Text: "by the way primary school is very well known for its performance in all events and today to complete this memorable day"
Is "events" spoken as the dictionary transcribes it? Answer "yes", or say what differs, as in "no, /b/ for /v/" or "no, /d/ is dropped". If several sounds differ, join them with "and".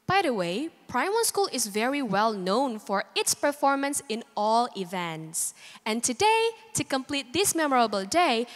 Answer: yes